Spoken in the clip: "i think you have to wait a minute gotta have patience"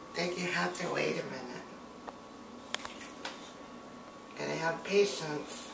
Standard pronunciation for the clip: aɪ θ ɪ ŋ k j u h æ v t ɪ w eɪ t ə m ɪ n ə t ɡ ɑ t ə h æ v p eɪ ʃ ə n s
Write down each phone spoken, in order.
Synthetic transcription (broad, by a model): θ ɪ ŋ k j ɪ h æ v t ɪ w eɪ t ə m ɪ n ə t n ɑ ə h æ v p eɪ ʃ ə n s